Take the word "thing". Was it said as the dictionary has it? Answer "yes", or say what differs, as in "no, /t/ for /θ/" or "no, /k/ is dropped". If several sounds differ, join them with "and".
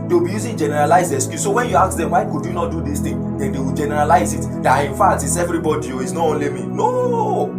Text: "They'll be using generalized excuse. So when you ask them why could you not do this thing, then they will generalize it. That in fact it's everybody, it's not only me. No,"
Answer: no, /t/ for /θ/